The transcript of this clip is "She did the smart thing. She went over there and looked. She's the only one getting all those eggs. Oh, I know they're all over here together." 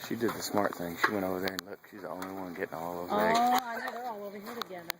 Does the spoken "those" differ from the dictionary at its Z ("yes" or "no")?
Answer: yes